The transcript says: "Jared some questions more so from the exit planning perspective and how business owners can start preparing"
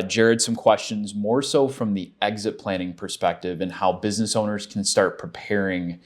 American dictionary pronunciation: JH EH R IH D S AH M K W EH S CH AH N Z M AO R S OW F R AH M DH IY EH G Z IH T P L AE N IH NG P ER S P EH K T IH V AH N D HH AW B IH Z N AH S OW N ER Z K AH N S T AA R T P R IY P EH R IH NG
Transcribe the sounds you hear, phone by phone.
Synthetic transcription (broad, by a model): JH EH R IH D S AH M K W EH S CH AH N Z M AO R S OW F R AH M DH IY EH G Z IH T P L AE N IH NG P ER S P EH K T IH V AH N HH AW B IH Z N AH S OW N ER Z K N S T AA R T P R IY P EH R IH NG